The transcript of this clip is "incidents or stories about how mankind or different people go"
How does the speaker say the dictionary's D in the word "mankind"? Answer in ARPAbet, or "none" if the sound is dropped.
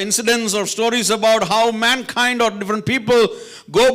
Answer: D